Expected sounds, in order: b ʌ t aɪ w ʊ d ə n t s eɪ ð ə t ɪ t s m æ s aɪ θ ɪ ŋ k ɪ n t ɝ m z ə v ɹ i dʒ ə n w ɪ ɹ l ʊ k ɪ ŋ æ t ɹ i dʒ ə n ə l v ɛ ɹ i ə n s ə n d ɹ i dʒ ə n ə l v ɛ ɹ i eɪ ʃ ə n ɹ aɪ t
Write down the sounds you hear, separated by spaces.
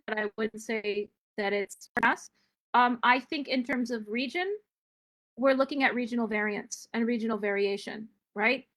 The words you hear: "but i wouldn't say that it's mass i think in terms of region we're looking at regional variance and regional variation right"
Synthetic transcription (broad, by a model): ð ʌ t aɪ w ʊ d n t s eɪ ð ə t ɪ t s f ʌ s aɪ θ ɪ ŋ k ɪ n t ɝ m z ə v ɹ i dʒ ə n w ɪ ɹ l ʊ k ɪ ŋ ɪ t ɹ i dʒ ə n l v ɛ ɹ i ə n s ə n ɹ i dʒ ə n l v ɛ ɹ i eɪ ʃ ə n ɹ aɪ t